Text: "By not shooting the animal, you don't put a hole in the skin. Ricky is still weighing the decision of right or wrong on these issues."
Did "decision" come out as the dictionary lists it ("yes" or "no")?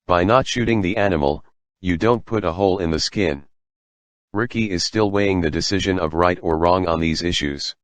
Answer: yes